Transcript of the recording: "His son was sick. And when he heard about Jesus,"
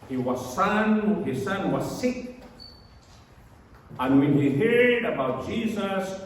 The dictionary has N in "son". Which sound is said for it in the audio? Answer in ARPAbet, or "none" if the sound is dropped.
N